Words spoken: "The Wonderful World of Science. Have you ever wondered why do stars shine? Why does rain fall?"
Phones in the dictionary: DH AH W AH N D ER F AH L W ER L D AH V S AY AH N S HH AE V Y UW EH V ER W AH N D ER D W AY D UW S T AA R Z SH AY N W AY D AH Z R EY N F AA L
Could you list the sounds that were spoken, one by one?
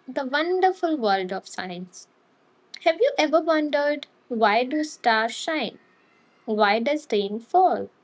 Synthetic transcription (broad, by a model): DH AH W AH N D ER F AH L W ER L D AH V S AY AH N S HH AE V Y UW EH V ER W AH N D ER D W AY D UW S T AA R SH AY N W AY D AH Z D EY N F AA L